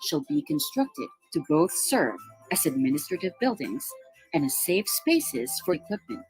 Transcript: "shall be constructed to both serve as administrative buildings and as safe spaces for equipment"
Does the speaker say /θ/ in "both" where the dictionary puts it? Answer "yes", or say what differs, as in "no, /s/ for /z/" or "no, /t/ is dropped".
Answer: yes